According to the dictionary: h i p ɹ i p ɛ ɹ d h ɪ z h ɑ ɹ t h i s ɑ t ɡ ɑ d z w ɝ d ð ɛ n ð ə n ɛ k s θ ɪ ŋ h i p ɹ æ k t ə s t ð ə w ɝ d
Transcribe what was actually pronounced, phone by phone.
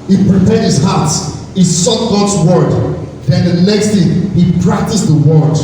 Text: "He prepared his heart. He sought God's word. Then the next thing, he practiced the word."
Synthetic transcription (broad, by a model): h i p ɹ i p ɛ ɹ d h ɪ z h ɑ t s h i s ɑ t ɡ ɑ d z w ɝ d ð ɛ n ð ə n ɛ k s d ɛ h i p ɹ æ k t ə s t ð ə w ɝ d